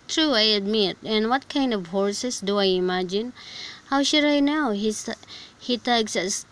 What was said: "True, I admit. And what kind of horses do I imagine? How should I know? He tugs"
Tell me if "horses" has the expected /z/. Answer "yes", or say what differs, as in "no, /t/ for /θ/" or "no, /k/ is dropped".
no, /s/ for /z/